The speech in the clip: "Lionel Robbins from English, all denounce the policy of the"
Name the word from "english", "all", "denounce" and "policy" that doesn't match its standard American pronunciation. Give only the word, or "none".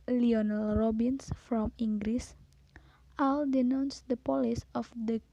english